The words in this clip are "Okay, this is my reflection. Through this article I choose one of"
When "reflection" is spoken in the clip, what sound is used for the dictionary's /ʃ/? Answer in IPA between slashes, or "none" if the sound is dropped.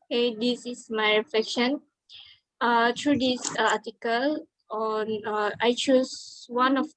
/ʃ/